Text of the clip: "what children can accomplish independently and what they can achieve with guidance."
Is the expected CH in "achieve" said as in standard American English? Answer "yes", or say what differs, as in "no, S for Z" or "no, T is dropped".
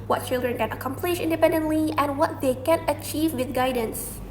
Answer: yes